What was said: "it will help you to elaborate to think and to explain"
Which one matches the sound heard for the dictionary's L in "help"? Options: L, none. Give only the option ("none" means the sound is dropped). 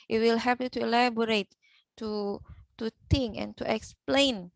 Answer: none